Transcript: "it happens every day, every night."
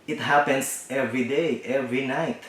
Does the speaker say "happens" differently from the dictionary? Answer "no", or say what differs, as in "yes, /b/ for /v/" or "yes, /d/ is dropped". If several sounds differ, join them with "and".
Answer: yes, /s/ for /z/